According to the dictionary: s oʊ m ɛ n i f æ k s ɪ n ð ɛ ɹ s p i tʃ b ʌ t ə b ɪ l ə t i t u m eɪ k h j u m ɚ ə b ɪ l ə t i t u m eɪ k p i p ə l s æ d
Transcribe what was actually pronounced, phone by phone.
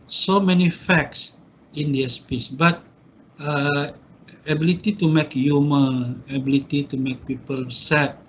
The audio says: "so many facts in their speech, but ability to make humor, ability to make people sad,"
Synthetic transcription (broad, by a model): s oʊ m ɛ n i f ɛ k s ɪ n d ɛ s p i s b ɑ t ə b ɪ l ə t i t u m eɪ k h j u m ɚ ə b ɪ l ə t i t u m eɪ k p i p ə l s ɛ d